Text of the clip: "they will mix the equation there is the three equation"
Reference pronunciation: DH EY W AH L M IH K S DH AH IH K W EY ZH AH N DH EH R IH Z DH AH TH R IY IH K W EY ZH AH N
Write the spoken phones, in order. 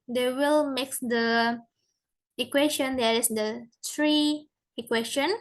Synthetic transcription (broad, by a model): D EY W AH L M IH K S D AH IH K W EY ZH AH N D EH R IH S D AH T R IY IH K W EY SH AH N